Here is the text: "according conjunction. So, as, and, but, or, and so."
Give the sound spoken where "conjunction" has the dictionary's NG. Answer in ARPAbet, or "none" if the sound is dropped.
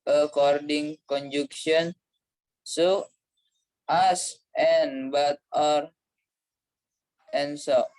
none